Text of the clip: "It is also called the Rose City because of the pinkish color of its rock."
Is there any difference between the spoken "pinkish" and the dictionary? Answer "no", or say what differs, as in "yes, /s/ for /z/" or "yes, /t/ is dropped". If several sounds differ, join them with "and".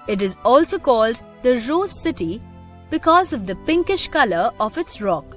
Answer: no